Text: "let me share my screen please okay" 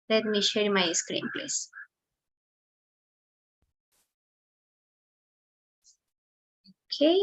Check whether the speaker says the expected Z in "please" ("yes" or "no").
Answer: no